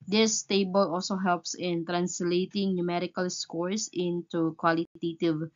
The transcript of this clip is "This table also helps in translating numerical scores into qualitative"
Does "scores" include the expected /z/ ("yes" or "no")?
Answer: no